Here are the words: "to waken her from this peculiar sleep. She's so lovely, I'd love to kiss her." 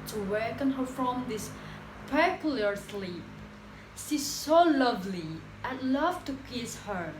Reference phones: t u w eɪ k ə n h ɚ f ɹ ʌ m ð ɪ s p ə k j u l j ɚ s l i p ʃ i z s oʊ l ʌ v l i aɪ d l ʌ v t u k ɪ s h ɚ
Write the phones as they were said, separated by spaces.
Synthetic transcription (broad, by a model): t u w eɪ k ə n h ɚ f ɹ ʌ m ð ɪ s p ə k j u l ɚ s l i p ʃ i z s oʊ l ʌ v l i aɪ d l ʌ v t u k ɪ s h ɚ